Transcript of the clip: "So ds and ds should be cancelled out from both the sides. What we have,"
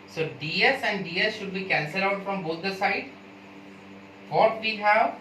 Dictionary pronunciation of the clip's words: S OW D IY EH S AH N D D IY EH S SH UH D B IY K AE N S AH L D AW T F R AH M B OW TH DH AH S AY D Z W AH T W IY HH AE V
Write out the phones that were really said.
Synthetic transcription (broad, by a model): S OW D IY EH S AH N D D IY EH S SH UH D B IY K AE N S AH L AW T F R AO M B OW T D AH S AY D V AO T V IY HH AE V